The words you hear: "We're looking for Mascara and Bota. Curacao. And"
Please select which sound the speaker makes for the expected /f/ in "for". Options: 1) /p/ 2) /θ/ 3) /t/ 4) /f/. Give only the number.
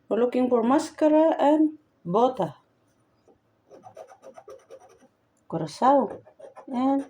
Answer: 1